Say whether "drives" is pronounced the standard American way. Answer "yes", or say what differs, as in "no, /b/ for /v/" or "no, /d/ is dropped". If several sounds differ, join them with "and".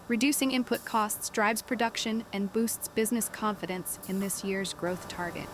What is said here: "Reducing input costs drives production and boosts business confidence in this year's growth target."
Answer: no, /b/ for /v/